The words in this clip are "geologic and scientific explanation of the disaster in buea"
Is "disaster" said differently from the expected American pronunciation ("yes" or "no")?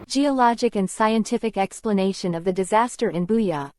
no